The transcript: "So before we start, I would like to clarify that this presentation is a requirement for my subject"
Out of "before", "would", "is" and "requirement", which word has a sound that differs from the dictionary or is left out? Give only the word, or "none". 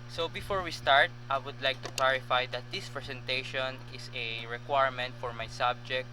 is